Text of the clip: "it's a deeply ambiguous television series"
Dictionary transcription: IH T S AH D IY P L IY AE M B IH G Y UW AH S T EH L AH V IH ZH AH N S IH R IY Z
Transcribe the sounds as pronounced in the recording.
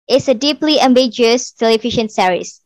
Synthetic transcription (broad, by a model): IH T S AH D IY P L IY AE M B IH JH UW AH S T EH L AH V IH SH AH N S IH R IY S